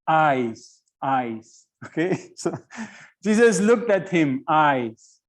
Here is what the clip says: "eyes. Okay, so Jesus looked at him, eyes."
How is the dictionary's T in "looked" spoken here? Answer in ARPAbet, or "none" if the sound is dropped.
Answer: T